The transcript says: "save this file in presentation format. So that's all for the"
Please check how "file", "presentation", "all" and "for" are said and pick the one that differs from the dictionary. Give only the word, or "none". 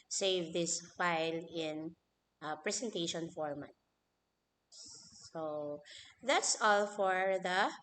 presentation